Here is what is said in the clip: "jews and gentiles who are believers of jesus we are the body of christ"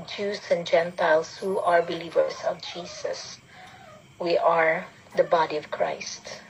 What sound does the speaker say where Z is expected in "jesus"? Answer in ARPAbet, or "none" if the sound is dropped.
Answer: S